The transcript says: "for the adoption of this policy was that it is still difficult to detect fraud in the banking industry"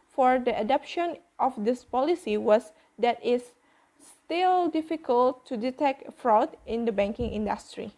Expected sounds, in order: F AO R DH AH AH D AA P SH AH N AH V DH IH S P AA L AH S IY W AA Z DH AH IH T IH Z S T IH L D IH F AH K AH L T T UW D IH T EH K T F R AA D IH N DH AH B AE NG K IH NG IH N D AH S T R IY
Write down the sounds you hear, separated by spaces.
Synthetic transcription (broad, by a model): F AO R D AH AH D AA P SH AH N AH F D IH S P AA L AH S IY W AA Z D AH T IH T S T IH L D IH F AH K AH L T T UW D IH T EH K T F R AA D IH N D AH B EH NG K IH NG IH N D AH S T R IY